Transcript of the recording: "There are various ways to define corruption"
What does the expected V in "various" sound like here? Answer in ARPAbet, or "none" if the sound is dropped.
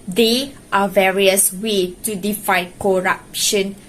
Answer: V